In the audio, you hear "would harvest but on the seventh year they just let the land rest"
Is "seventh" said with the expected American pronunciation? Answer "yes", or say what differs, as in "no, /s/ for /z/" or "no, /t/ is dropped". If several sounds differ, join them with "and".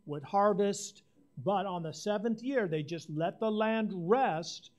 yes